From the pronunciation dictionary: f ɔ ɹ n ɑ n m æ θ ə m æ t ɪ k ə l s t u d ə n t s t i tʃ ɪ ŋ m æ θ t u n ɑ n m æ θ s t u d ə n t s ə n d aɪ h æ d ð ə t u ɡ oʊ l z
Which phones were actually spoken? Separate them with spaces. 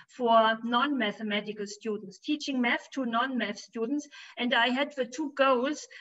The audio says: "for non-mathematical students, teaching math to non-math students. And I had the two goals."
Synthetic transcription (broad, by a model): f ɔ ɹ n ɑ n m æ θ ə m æ t ɪ k ə l s t u d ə n t s t i tʃ ɪ ŋ m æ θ t u n ɑ n m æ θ s t u d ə n t s ə n d aɪ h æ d ð ə t u ɡ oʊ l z